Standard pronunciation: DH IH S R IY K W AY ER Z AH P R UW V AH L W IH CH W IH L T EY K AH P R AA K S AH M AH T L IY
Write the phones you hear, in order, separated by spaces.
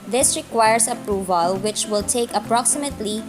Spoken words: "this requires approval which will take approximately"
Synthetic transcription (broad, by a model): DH IH S R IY K W AY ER S AH P R UW V AH L W IH CH W IH L T EY K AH P R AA K S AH M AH T L IY